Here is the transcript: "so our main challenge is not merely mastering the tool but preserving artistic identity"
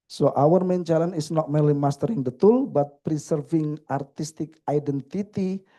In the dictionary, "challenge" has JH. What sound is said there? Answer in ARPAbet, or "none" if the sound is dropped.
none